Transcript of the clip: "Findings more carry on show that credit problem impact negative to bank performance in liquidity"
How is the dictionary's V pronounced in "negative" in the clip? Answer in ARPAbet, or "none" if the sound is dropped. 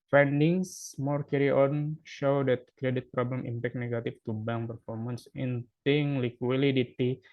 F